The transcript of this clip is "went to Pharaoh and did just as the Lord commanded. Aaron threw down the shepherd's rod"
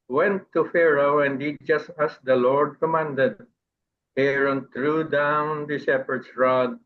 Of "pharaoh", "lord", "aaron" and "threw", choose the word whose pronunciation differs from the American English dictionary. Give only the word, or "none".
threw